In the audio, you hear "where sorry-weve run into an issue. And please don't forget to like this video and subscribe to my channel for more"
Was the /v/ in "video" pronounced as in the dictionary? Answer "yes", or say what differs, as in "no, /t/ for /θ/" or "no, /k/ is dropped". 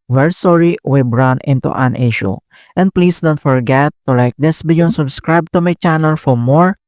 no, /b/ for /v/